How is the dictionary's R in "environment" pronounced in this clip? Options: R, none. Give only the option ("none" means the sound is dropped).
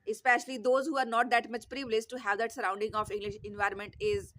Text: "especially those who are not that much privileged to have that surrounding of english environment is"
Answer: R